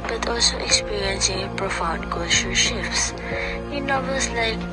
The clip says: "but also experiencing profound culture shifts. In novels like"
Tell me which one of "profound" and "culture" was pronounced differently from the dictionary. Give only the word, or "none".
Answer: culture